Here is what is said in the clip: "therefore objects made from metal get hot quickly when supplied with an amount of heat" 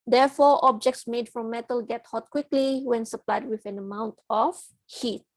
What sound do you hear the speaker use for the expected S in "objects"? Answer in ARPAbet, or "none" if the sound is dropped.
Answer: S